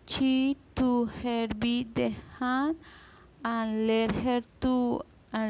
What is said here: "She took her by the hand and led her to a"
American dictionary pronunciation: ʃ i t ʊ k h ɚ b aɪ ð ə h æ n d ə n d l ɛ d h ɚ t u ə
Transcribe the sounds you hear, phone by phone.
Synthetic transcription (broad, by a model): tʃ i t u h ɚ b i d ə h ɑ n ə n l ɛ d h ɚ t u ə